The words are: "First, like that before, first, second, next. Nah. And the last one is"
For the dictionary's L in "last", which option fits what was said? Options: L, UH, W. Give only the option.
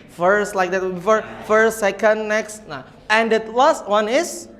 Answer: W